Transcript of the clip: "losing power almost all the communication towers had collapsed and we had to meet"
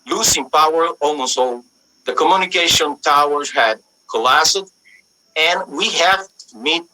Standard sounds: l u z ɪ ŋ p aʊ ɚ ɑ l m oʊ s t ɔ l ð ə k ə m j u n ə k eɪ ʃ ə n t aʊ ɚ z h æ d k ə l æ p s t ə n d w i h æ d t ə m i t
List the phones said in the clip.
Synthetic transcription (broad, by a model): l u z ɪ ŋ p aʊ ɚ ɑ l m oʊ s t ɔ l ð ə k ə m j u n ə k eɪ ʃ ə n t aʊ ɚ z h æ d k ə l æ s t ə n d w i h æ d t m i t